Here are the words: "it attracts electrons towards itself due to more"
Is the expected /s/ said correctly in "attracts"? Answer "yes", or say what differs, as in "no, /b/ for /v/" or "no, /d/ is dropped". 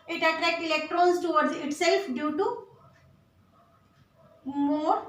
no, /s/ is dropped